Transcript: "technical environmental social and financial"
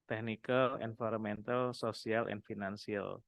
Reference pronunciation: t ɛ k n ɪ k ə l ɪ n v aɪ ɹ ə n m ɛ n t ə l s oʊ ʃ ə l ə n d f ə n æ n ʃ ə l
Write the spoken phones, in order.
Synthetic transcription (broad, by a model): t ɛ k n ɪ k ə l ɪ n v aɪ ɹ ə m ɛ n t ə l s oʊ s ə l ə n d f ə n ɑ n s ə l